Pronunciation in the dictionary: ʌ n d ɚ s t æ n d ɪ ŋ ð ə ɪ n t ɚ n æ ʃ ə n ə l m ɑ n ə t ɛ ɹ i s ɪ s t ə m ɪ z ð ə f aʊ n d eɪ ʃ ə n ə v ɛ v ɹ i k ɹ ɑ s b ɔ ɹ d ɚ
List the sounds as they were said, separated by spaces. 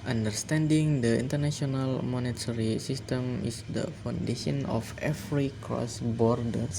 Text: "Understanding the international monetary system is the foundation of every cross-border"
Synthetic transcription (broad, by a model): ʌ n d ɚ s t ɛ n d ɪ ŋ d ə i n t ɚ n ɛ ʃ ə n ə l m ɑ n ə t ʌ ɹ i s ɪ s t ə m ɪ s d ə f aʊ n d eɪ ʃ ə n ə f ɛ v ɹ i k ɑ s b ɔ ɹ d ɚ